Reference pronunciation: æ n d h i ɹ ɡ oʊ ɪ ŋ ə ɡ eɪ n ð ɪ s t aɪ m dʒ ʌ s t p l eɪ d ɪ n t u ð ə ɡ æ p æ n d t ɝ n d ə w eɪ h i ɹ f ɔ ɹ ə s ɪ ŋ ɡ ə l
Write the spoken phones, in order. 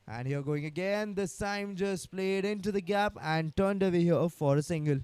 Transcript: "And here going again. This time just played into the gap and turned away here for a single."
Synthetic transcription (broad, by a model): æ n d h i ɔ ɡ oʊ ɪ ŋ ə ɡ eɪ n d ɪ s s aɪ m dʒ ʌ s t p l eɪ d ɪ n t u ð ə ɡ æ p æ n d t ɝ n d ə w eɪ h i f ɔ ɹ ə s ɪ ŋ ɡ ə l